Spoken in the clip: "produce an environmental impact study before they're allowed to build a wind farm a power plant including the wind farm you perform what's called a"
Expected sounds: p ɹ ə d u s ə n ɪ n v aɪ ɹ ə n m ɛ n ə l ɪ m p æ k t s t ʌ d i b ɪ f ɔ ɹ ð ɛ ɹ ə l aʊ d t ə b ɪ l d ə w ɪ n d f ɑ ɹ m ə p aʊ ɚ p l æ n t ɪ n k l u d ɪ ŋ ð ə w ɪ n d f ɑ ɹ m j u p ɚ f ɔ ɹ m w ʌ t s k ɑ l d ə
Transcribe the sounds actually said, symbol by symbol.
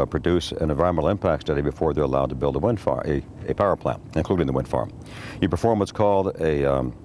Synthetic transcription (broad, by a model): p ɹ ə d u s ə n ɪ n v aɪ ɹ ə m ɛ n l ɪ m p æ k t s t ʌ d i b ɪ f ɔ ɹ ð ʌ ɹ ə l aʊ d t ə b ɪ l d ə w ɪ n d f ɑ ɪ ə p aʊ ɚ p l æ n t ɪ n k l u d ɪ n ð ə w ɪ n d f ɑ ɹ m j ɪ p ɚ f ɔ ɹ m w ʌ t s k ɑ l d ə